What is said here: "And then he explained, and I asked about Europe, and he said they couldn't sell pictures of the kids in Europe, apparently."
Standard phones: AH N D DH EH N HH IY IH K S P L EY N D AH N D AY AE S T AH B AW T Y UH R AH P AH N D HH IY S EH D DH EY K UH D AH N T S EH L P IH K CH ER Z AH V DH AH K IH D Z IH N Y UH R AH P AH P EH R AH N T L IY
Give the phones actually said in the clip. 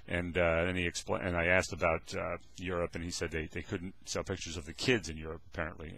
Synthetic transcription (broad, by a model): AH N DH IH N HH IY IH K S P L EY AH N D AY AE S T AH B AW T Y UH R AH P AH N IY S EH D DH EY K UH D N T S EH L P IH K CH ER Z AH V DH AH K IH D Z IH N Y UH R AH P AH P EH R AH N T L IY